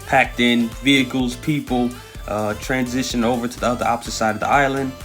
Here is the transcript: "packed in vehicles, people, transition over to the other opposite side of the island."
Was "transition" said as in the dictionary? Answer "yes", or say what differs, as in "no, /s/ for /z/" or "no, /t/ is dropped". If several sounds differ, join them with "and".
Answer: yes